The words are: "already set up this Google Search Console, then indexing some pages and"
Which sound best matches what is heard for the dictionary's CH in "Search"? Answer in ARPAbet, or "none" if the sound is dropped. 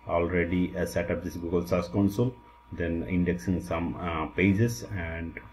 S